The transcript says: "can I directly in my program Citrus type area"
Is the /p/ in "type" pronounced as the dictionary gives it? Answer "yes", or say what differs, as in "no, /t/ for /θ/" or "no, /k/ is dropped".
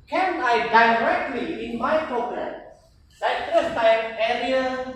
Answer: no, /p/ is dropped